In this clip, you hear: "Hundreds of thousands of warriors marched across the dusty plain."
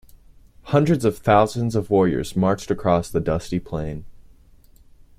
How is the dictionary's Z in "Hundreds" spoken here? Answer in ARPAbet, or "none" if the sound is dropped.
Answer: Z